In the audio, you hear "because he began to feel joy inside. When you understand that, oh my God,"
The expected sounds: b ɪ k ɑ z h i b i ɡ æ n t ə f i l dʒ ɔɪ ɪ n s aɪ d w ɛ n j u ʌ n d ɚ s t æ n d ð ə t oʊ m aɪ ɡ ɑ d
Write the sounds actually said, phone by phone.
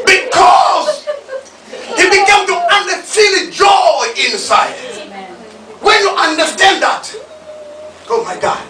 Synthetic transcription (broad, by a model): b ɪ k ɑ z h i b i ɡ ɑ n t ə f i n dʒ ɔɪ ɪ n s aɪ d w ɛ n j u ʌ n d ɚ s t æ n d ð ə t oʊ m aɪ ɡ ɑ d